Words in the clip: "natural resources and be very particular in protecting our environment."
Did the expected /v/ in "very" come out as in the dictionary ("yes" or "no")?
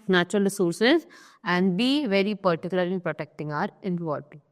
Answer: yes